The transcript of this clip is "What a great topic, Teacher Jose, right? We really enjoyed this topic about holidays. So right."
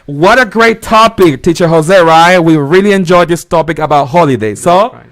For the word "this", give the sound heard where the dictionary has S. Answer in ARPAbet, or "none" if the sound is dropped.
S